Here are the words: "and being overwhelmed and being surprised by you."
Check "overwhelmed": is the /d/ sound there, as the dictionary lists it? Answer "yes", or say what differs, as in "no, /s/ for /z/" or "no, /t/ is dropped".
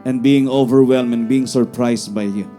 no, /d/ is dropped